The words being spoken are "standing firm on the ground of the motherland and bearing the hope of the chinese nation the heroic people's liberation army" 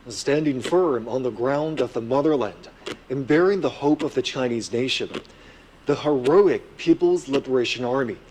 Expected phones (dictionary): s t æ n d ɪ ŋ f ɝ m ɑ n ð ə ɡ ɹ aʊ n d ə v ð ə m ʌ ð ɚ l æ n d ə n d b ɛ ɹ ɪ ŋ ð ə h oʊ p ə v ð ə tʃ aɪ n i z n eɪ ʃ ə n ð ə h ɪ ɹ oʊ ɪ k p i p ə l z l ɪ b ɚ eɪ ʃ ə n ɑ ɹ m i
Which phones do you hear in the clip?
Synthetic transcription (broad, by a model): s t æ n d ɪ ŋ f ɝ m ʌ n ð ə ɡ ɹ aʊ n d ə v ð ə m ʌ ð ɚ l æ n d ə n b ɛ ɹ ɪ ŋ ð ə h oʊ p ə v ð ə tʃ aɪ n i z n eɪ ʃ ə n ð ə h ɪ ɹ oʊ ɪ k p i p l z l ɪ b ɚ eɪ ʃ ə n ɑ ɹ m i